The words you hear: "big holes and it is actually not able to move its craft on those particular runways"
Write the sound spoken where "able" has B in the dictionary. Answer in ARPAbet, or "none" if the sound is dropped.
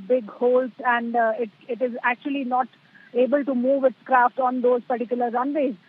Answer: B